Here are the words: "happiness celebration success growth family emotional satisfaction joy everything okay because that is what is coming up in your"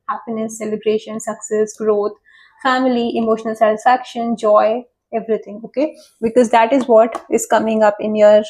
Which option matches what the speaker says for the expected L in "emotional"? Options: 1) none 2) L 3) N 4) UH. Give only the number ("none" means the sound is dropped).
2